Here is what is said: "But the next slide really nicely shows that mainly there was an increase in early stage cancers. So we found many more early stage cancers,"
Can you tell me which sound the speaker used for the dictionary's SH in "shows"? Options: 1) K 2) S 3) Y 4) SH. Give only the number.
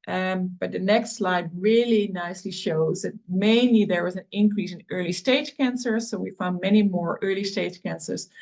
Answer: 4